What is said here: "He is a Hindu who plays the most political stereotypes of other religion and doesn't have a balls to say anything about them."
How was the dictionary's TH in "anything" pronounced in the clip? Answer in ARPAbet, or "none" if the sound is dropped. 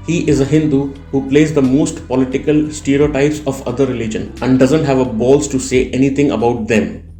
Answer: T